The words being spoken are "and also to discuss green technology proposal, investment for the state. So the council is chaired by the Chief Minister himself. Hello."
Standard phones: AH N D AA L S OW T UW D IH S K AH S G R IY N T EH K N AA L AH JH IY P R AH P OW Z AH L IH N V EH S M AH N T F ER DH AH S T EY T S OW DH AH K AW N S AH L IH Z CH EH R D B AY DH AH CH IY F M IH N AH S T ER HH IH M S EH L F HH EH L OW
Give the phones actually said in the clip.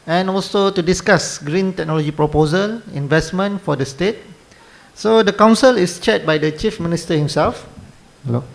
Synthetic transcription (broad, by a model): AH N AA L S OW T UW D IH S K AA S G R IY N T EH K N AA L AH JH IY P R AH P OW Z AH L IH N V EH S M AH N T F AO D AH S T EY T S OW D AH K AW N S AH L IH S CH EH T B AY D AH CH IY F M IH N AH S T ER HH IH M S EH L F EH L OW